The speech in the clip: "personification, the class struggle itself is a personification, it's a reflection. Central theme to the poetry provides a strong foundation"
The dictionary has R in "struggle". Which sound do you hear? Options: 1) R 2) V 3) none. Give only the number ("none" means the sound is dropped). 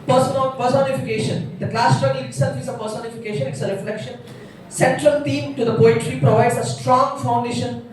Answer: 3